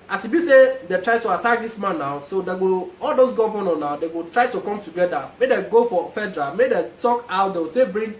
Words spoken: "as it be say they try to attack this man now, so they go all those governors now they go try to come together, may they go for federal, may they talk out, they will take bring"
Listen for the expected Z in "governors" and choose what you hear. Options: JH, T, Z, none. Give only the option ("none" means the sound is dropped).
none